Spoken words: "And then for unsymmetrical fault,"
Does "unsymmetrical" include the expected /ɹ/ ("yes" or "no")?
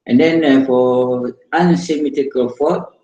no